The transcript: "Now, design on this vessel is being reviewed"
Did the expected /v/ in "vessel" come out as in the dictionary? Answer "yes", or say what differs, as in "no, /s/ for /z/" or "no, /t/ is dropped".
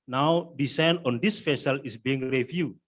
no, /f/ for /v/